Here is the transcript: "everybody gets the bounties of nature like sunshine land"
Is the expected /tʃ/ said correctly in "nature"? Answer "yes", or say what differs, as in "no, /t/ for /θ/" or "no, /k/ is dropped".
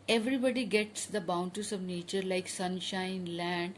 yes